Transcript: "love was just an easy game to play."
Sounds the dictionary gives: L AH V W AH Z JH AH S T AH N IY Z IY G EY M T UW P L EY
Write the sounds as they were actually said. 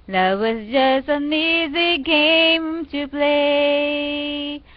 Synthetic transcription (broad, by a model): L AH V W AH S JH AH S AH N IY Z IY G EY M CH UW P L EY